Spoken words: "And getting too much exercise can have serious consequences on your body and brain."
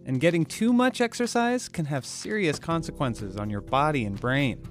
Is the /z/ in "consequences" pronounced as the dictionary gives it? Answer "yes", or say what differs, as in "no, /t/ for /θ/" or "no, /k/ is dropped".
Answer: yes